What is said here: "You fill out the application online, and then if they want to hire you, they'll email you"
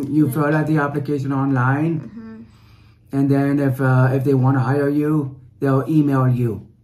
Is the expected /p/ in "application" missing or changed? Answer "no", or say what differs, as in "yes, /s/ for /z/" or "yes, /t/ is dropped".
no